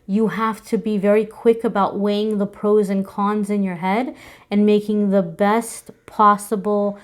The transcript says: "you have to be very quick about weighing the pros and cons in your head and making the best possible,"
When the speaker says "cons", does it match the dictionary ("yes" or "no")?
yes